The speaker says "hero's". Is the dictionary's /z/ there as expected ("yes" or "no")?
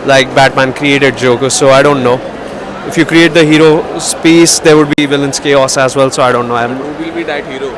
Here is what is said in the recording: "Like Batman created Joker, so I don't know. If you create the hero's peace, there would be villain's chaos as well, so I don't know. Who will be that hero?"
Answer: no